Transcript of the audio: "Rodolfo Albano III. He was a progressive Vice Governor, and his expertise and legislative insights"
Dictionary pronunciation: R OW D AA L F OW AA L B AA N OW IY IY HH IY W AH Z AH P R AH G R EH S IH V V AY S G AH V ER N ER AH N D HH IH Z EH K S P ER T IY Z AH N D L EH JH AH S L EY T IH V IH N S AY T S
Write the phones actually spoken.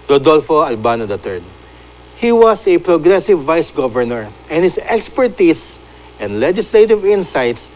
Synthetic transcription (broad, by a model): R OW D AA L F OW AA L B AA N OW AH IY HH IY W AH S AH P R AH G R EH S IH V V AY S G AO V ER N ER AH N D HH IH S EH K S P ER T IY S AH N D L EH JH AH S L EY T IH V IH N S AY T S